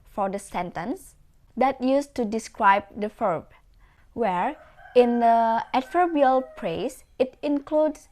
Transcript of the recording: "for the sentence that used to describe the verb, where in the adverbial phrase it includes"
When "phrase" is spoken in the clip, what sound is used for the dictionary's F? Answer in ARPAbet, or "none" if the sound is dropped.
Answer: P